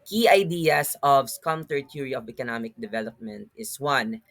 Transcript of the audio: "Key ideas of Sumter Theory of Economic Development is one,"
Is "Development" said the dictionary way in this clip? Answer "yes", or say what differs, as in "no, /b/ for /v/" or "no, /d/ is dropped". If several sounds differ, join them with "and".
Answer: yes